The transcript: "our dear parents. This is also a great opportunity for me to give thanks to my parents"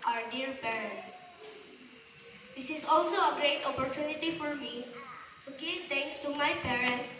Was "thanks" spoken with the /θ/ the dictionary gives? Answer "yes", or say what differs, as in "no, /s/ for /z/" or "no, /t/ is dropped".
no, /t/ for /θ/